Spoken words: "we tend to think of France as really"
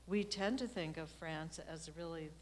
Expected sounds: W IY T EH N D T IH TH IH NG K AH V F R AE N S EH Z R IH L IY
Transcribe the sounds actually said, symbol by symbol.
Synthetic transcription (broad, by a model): W IY T EH N T IH TH IH NG K AH V F R AE N S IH Z R IH L IY